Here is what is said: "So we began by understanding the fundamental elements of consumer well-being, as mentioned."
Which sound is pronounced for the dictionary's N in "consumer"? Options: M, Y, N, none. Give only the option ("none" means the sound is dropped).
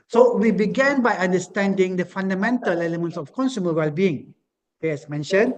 N